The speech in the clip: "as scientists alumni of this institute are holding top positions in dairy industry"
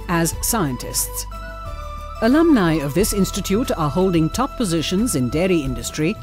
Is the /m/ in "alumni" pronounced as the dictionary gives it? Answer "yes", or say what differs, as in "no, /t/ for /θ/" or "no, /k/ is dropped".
yes